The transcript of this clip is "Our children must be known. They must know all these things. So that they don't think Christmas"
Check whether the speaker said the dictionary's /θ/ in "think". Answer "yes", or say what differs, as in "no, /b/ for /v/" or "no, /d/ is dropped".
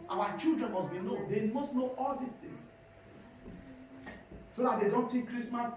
no, /t/ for /θ/